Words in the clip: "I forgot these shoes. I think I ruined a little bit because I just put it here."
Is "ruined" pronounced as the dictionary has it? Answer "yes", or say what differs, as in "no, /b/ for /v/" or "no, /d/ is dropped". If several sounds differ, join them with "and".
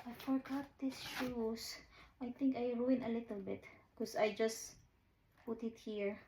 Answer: no, /d/ is dropped